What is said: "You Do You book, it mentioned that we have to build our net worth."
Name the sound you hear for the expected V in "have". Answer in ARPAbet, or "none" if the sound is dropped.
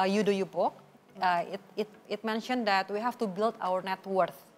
F